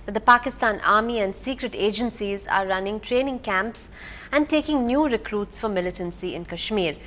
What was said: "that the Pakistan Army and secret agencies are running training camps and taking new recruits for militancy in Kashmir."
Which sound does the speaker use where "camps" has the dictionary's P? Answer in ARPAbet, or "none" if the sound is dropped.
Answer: P